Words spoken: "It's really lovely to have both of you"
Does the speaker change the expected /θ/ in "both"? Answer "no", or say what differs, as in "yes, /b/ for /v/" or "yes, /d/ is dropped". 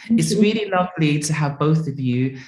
no